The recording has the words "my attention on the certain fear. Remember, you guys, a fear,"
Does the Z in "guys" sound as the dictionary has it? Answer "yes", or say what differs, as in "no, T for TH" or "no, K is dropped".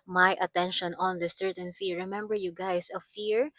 no, S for Z